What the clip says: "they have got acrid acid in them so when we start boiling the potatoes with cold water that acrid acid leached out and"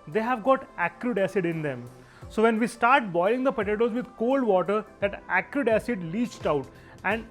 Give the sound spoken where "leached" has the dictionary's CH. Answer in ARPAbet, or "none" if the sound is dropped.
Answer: CH